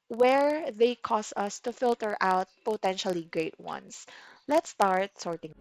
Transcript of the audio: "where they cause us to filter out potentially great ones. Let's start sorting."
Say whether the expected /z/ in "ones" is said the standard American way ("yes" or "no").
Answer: no